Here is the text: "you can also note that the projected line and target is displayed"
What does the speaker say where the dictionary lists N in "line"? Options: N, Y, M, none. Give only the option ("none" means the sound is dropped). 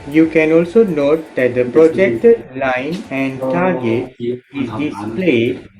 N